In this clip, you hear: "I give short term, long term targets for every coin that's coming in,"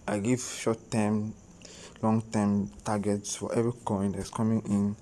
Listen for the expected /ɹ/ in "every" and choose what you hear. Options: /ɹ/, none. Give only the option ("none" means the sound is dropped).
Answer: none